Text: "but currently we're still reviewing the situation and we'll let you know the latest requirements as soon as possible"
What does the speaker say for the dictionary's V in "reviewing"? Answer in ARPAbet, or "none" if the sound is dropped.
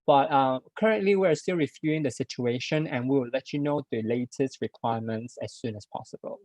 F